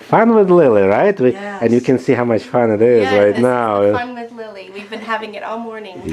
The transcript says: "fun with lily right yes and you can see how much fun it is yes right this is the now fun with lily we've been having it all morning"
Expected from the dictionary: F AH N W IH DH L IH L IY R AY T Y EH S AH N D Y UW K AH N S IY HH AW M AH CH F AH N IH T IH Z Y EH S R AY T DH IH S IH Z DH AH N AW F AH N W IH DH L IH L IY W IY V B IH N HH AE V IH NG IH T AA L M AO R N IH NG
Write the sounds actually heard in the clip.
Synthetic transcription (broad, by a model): F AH N W IH DH L IH L IY R AY T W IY AH N Y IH K AH N S IY HH AW M AH CH F AH N IH T IH Z R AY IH IH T N AW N W IH DH L IH L IY W IY V B IH N HH AE V IH NG IH T AA L M AO R N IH NG